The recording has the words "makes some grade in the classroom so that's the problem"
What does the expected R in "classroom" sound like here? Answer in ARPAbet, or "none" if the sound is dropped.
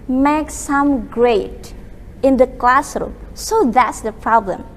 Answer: R